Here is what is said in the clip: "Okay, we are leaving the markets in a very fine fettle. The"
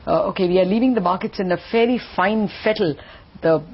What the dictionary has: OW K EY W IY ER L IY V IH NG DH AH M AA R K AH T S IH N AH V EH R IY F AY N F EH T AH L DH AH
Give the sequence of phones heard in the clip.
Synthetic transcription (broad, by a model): OW K EY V IY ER L IY V IH NG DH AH M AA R K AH T S IH N AH F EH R IY F AY N F EH T AH L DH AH